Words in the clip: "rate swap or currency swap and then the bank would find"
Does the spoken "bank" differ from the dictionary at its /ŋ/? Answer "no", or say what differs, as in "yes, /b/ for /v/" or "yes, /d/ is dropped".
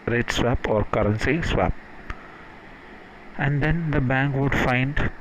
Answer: no